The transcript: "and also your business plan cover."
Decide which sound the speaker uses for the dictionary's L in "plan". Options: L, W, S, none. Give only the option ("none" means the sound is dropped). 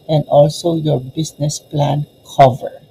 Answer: L